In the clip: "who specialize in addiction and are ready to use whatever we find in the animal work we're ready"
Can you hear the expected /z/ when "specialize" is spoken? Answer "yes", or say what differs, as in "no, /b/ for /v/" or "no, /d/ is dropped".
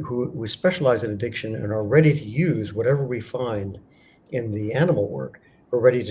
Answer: yes